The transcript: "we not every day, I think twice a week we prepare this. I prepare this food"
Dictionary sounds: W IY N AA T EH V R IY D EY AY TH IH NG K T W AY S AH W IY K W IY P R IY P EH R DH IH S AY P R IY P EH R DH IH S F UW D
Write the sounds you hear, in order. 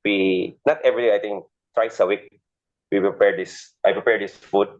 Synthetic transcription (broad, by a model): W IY N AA T EH V R IY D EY AY T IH NG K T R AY S AH W IY K W IY P R IY P EH R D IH S AY P R IY P EH R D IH S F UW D